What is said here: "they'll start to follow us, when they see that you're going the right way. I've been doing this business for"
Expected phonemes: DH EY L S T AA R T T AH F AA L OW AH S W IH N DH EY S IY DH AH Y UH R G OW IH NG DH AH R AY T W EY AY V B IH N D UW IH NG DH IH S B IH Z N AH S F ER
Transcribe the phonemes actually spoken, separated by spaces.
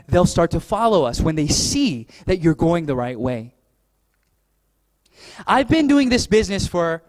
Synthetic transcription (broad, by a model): DH EY L S T AA R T T AH F AA L OW AH S W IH N DH EY S IY DH AH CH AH R G OW IH NG DH AH R AY T W EY AY V B IH N D UW IH NG DH IH S B IH Z N AH S F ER